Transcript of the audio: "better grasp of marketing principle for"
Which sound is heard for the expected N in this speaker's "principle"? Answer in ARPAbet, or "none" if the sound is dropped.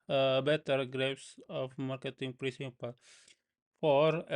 none